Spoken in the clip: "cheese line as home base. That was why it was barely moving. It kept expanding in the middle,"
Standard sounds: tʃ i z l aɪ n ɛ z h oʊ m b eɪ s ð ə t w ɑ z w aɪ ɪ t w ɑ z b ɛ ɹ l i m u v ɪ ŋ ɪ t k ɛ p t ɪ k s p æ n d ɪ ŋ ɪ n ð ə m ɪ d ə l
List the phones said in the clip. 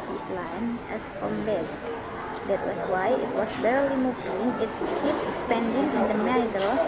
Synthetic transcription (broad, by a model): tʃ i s l aɪ n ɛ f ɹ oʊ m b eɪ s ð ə t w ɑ s w aɪ ɪ t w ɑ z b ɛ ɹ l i m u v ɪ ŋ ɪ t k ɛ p ɪ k s p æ n d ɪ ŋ ɪ n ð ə m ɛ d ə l